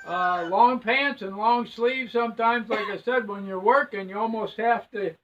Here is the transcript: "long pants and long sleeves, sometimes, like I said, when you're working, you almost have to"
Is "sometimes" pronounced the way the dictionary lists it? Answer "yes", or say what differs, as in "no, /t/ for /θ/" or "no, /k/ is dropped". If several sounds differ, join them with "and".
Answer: yes